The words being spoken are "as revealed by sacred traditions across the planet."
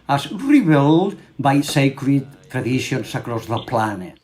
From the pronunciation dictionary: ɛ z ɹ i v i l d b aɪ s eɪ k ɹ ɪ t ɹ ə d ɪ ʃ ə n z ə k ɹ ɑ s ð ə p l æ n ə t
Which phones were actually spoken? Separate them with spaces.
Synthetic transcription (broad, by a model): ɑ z ɹ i b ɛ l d b aɪ s eɪ k ɹ ɪ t ɹ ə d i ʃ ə n s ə k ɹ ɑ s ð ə p l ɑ n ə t